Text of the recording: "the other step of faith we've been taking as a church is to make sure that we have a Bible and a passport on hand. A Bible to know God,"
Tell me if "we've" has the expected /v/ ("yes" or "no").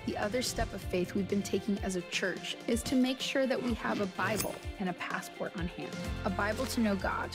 yes